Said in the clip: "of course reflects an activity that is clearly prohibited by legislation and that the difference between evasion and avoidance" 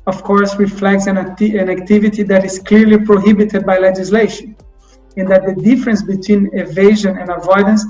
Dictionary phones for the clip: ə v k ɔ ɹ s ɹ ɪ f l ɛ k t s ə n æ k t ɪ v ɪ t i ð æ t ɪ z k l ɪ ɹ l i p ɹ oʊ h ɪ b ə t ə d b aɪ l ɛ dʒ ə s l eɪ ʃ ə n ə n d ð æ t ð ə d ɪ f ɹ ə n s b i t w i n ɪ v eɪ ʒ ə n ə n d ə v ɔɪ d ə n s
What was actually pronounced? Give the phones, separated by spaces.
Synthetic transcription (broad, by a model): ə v k ɔ ɹ s ɹ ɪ f l ɛ k t s ə n æ k t ɪ v ɪ t i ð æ t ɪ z k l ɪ ɹ l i p ɹ oʊ h ɪ b ə t ə d b aɪ l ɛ dʒ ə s l eɪ ʃ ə n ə n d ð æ t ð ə d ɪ f ɹ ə n s b i t w i n ɪ v eɪ ʒ ə n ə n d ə v ɔɪ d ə n s